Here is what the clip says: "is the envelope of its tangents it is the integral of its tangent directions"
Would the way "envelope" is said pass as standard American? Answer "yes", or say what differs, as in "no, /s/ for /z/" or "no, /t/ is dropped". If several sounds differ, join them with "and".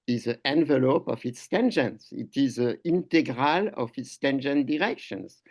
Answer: yes